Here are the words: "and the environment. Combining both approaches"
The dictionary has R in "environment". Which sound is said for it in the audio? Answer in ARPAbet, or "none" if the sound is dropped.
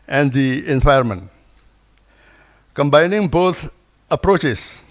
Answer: none